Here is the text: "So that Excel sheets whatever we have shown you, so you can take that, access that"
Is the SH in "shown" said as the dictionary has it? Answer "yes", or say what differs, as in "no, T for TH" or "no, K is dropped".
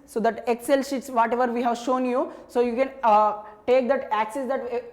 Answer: yes